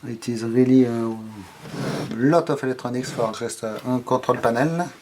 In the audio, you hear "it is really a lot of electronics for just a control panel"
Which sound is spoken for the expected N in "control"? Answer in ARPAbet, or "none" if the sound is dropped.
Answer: none